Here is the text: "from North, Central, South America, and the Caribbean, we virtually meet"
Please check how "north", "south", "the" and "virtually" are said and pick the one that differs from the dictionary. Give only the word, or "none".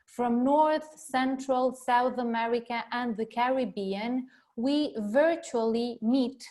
none